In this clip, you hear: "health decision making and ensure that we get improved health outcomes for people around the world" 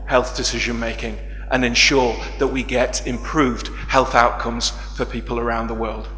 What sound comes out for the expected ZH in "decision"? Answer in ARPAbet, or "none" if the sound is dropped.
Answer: ZH